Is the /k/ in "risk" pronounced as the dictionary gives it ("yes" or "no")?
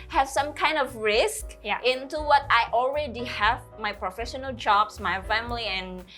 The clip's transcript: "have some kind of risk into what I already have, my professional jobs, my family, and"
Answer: yes